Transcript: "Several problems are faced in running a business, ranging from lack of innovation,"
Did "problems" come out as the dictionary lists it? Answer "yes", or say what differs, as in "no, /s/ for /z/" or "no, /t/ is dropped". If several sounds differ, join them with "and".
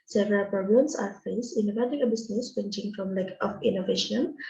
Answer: no, /ɹ/ is dropped